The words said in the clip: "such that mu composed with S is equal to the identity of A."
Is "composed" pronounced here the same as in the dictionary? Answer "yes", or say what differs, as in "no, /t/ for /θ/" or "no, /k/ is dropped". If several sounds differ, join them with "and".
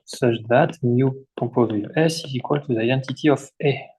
no, /m/ is dropped